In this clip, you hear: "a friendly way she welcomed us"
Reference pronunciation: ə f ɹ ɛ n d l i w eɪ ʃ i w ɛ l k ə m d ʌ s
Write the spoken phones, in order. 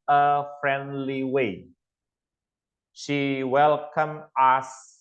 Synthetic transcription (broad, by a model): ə f ɹ ɛ n d l i w eɪ ʃ i w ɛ l k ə m ʌ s